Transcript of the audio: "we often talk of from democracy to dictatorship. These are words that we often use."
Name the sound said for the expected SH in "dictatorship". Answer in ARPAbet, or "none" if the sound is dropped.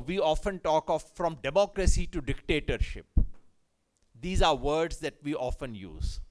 SH